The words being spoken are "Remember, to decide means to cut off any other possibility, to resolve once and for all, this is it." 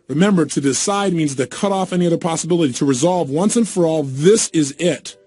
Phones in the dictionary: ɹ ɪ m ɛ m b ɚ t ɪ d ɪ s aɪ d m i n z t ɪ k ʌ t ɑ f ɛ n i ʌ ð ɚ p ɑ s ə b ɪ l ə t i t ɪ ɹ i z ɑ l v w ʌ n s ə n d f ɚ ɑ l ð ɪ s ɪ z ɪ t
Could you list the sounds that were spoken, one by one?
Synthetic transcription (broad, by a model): ɹ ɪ m ɛ m b ɚ t ɪ d ɪ s aɪ d m i n z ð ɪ k ʌ t ɑ f ɛ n i ʌ ð ɚ p ɑ s ə b ɪ l ə t i t ɪ ɹ i z ɑ l v w ʌ n s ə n f ɚ ɑ l ð ɪ s ɪ z ɪ t